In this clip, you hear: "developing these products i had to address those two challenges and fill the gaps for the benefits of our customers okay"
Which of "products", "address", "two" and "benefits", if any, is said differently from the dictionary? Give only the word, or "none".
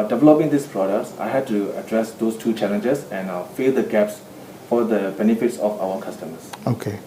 none